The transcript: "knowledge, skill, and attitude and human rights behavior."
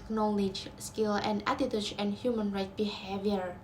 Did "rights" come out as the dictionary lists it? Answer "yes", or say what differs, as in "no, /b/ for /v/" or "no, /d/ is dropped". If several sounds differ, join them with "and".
no, /s/ is dropped